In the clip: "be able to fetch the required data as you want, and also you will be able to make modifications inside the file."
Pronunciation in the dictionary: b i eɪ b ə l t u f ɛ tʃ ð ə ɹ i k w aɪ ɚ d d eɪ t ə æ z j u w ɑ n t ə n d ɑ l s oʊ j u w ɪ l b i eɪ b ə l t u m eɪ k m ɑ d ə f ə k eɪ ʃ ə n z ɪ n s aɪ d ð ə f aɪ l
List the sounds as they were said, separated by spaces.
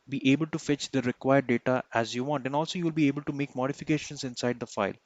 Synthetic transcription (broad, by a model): b i eɪ b ə l t u f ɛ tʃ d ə ɹ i k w aɪ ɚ d d eɪ t ə æ z j u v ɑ n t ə n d ɑ l s oʊ j u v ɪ l b i eɪ b ə l t u m eɪ k m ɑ d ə f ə k eɪ ʃ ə n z ɪ n s aɪ d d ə f aɪ l